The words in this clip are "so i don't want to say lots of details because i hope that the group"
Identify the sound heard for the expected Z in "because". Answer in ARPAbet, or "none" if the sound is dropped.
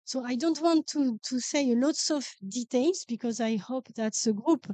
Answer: Z